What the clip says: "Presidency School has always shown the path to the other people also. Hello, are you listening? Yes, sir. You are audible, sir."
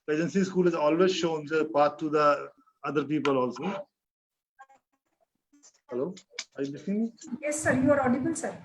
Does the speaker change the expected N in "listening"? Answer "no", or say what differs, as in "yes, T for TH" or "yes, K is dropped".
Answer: yes, N is dropped